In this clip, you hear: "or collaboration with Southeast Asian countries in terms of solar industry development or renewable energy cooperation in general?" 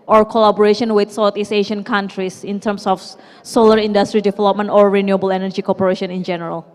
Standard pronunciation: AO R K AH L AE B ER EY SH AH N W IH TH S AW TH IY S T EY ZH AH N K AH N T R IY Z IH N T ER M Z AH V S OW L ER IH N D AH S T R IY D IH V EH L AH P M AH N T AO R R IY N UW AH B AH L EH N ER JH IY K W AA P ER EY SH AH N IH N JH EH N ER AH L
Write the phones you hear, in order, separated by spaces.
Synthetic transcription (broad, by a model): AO R K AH L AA B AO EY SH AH N W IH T S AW T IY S EY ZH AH N K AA N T R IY S IH N T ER M S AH F S OW L ER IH N D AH S T R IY D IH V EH L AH P M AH N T AO R R IY N UW AH B AH L EH N ER JH IY K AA P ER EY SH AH N IH N JH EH N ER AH L